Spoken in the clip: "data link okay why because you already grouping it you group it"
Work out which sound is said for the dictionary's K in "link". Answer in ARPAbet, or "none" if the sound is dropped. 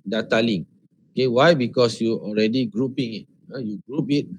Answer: none